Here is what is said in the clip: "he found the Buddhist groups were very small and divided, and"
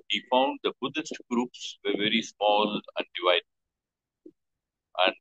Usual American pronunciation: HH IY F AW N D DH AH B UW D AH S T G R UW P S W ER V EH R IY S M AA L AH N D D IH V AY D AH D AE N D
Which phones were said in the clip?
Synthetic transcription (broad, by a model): HH IY F AW N D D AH B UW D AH S T G R UW P S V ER V EH R IY S M AA L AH N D D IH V AY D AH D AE N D